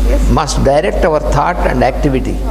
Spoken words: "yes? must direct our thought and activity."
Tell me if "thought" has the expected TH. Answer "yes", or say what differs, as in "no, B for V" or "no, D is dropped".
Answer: no, T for TH